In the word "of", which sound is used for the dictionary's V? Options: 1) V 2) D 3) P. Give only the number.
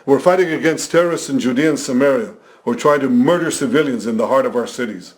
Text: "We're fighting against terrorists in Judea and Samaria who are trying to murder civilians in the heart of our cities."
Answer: 1